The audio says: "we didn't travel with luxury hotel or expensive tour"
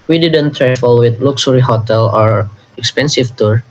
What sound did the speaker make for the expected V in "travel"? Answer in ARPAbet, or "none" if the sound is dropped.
F